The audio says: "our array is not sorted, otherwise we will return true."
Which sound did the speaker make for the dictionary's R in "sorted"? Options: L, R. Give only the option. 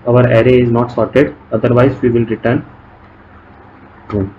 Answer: R